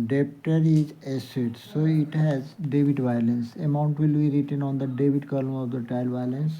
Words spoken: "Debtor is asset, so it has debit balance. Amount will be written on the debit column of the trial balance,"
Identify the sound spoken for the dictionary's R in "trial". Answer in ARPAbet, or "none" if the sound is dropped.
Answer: none